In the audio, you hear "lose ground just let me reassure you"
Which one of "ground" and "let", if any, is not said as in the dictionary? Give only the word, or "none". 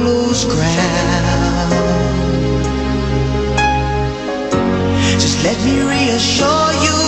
ground